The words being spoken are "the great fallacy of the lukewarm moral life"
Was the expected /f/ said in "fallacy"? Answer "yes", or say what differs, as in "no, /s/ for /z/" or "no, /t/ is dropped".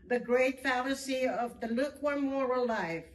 yes